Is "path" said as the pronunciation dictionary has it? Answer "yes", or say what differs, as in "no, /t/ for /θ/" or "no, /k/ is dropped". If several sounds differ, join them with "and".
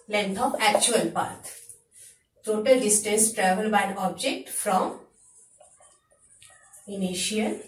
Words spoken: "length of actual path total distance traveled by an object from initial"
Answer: no, /t/ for /θ/